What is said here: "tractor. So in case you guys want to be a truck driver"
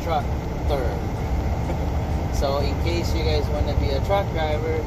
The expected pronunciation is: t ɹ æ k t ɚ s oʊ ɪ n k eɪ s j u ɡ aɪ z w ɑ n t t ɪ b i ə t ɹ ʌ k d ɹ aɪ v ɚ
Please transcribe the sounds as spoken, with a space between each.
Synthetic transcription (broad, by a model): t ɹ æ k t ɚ s oʊ ɪ n k eɪ s j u ɡ aɪ z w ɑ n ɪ b i ə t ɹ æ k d ɹ aɪ v ɚ